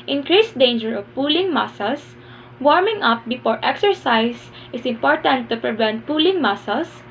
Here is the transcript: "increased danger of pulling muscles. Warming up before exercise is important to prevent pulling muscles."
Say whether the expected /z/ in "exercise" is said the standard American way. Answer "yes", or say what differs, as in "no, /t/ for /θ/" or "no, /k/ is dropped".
no, /s/ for /z/